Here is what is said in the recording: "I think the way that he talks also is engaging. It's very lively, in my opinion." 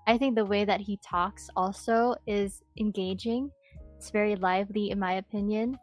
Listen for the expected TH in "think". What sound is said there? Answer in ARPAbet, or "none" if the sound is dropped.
TH